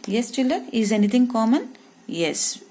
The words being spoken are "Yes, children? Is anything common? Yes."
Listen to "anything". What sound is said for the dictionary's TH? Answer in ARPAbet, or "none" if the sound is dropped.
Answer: T